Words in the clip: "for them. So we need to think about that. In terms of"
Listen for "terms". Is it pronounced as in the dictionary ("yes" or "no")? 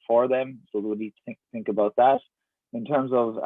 yes